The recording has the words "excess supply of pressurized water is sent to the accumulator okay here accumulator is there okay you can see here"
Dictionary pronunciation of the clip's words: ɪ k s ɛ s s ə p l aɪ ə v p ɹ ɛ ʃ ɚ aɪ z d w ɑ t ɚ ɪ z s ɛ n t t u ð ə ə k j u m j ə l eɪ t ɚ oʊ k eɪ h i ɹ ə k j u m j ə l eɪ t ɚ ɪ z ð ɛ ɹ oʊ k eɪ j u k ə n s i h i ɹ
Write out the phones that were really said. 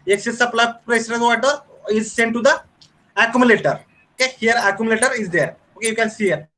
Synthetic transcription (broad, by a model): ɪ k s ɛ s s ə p l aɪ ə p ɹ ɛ s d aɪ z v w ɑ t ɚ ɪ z s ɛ n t t u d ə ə k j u m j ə l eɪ t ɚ oʊ k eɪ h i ɹ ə k j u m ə l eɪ t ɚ ɪ z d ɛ ɹ oʊ k eɪ j u k ə n s i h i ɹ